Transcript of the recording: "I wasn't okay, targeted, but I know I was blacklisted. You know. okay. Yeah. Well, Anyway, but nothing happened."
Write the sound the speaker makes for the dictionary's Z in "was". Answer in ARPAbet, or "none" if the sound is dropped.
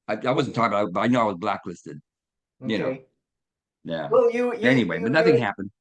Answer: Z